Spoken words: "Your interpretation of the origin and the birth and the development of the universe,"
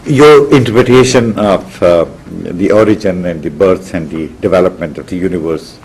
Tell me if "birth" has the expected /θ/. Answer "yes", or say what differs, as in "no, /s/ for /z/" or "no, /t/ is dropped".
no, /s/ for /θ/